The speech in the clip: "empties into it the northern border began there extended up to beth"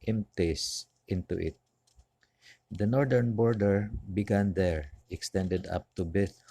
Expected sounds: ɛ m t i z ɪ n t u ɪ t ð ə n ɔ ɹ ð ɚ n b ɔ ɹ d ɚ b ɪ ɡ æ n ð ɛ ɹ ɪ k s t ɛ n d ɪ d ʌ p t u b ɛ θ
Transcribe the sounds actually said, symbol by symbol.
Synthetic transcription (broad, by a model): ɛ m t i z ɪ n t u ɪ t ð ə n ɔ ɹ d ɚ n b ɔ ɹ d ɚ b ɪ ɡ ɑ n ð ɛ ɹ ɪ k s t ɛ n d ɪ d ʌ p t u b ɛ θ